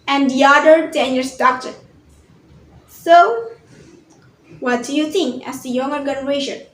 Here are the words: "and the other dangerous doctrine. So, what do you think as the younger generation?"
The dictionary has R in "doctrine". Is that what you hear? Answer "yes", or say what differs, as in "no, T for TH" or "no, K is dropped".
no, R is dropped